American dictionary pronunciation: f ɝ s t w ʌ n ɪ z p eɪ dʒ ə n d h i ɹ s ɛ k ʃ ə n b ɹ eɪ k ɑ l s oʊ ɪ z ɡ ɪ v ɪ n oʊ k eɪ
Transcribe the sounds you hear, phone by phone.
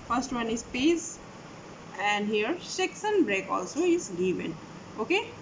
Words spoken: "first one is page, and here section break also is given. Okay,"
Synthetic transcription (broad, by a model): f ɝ s t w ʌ n ɪ z p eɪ z ə n d h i ɹ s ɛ k s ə n b ɹ eɪ k ɑ l s oʊ ɪ z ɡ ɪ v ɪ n oʊ k eɪ